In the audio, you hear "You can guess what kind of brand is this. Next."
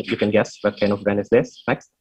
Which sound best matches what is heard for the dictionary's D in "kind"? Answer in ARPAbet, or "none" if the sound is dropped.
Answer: none